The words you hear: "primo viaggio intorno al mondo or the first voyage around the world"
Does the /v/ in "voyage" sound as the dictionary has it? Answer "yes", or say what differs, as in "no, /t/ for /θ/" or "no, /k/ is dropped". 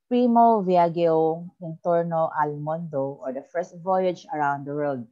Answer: yes